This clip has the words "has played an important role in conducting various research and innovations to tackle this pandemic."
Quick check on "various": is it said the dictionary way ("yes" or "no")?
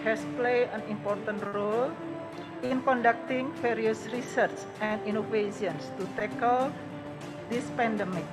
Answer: no